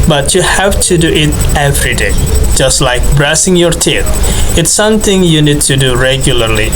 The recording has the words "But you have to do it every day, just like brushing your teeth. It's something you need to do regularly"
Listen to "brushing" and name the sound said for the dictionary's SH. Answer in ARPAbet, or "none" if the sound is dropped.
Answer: S